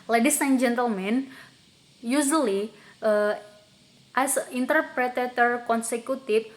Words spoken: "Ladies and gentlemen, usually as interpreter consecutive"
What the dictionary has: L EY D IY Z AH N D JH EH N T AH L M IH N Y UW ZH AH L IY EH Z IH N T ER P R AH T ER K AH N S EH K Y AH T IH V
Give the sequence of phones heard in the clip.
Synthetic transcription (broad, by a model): L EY D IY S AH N JH EH N T AH L M IH N Y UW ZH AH L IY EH S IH N T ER P R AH T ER K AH N S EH K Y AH T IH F